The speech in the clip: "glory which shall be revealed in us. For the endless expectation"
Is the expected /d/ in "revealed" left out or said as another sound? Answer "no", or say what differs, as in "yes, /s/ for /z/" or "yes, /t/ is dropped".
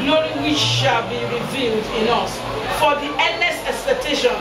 no